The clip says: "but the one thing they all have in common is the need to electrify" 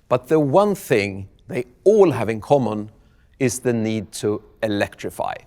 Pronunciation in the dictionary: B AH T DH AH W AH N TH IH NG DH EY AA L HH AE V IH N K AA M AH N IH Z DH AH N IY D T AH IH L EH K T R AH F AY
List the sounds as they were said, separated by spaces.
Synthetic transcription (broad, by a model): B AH T DH AH W AH N TH IH NG DH EY AA L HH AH V IH N K AA M AH N IH Z DH AH N IY D T AH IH L EH K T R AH F AY